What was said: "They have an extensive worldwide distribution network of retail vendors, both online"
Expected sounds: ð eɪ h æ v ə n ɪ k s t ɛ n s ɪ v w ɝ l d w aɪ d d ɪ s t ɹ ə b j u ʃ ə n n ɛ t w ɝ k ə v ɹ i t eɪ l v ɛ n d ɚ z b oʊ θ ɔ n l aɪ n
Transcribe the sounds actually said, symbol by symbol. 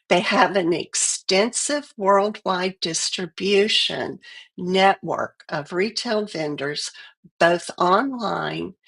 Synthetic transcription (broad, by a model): ð eɪ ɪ v ə n ɪ k s t ɛ n s ɪ v w ɝ l d w aɪ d d ɪ s t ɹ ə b j u ʃ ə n n ɛ t w ɝ k ə v ɹ i t eɪ l v ɛ n d ɚ z b oʊ θ ɔ n l aɪ n